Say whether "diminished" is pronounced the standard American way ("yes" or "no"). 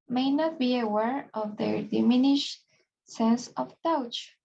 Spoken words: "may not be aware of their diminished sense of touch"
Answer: yes